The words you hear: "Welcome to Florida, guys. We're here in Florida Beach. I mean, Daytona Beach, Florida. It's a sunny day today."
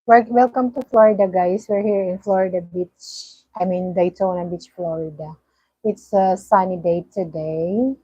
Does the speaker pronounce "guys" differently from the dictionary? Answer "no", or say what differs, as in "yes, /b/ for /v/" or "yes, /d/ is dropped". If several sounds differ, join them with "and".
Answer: yes, /s/ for /z/